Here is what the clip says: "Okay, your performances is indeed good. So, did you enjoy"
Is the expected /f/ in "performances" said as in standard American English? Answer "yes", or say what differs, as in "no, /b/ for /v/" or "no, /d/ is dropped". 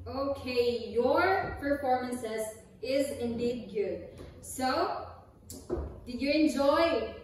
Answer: yes